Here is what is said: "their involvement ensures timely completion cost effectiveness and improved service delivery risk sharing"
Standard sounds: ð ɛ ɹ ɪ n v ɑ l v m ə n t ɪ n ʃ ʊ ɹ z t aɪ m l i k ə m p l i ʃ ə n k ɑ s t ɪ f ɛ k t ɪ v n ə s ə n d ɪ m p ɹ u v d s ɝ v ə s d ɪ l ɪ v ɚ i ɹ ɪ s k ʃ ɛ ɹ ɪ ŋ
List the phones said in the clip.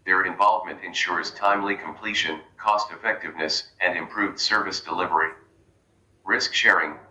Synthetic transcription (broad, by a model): ð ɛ ɹ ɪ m v ɑ l v m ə n t ɪ n ʃ ʊ ɹ z t aɪ m l i k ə m p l i ʃ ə n k ɑ s t ɪ f ɛ k t ɪ v n ə s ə n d ɪ m p ɹ u v d s ɝ v ə s d ɪ l ɪ v ɚ i ɹ ɪ s k ʃ ɛ ɹ ɪ ŋ